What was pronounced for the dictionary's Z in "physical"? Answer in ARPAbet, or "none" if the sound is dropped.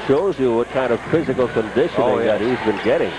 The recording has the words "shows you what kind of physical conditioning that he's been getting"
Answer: Z